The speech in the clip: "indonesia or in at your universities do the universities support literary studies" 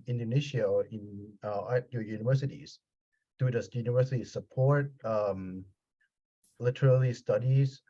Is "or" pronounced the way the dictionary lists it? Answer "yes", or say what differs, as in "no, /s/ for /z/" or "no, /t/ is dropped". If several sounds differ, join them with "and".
no, /l/ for /ɹ/